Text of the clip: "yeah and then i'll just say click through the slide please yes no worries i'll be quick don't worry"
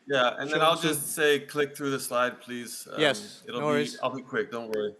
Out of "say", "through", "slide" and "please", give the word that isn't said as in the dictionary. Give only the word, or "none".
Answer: none